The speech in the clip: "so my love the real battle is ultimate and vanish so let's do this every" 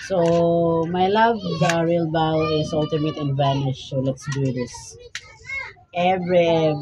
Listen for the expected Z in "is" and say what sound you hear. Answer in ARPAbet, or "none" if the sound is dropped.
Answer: S